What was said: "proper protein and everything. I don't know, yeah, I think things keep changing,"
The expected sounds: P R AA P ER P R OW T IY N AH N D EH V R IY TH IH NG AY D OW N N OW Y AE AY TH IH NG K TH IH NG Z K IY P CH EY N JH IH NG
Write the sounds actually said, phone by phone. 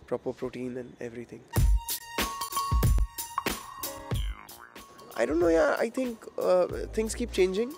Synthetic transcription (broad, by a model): P R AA P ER P R OW T IY N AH N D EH V R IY T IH NG AY D OW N N OW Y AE AY T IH NG K T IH NG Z K IY P CH EY N JH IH NG